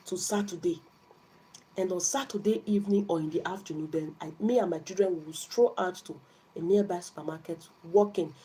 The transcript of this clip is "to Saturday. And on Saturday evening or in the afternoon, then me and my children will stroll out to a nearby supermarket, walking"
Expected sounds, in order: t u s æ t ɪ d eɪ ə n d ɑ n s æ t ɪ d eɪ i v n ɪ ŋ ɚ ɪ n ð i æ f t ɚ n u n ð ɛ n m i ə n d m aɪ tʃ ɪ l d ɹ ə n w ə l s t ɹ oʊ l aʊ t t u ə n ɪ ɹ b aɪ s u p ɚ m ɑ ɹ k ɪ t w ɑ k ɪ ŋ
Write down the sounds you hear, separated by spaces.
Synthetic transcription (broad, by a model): t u s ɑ t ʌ d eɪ ə n d ɑ n s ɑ t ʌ d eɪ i v n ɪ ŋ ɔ ɪ n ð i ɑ f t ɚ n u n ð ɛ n m i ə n m aɪ tʃ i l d ɹ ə n w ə w s t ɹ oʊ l aʊ t t u ə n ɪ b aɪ s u p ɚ m ɑ k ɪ t w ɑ k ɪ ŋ